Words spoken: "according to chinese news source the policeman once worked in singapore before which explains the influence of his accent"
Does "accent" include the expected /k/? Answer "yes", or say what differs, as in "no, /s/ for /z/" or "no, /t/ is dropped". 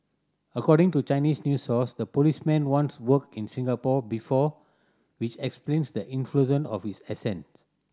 no, /k/ is dropped